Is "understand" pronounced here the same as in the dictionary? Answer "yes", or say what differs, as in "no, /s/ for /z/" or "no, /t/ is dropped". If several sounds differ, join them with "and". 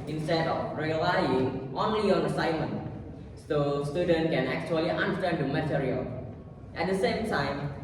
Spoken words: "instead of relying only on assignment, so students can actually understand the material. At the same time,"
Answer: no, /s/ is dropped